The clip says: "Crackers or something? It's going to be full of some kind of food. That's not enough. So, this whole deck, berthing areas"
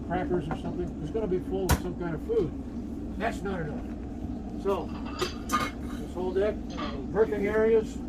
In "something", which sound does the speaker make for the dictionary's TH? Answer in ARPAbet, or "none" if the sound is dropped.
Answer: TH